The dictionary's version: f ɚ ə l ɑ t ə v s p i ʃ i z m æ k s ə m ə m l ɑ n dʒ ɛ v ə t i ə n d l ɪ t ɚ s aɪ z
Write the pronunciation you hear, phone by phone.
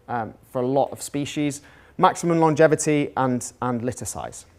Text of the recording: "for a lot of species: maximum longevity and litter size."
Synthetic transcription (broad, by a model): f ɚ ə l ɑ t ə v s p i ʃ i z m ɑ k s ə m ə m l ɑ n dʒ ɛ v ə t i ə n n l ɪ t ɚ s aɪ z